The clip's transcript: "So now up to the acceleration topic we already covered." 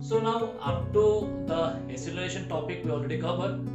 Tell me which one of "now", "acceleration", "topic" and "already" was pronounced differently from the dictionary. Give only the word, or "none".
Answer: acceleration